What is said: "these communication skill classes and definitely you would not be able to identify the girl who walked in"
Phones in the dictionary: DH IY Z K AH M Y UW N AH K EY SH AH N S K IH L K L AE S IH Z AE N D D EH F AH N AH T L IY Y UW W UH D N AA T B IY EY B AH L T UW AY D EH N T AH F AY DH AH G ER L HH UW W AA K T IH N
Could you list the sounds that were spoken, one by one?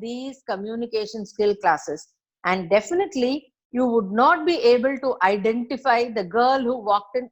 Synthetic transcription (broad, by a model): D IY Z K AH M Y UW N AH K EY SH AH N S K IH L K L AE S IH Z AE N D D EH F AH N AH T L IY Y UW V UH D N AA T B IY EY B AH L T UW AY D EH N T AH F AY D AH G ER L HH UW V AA K T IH N